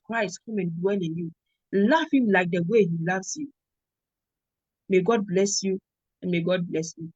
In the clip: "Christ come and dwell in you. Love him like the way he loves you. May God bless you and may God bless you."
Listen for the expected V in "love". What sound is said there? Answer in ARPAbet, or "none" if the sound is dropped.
F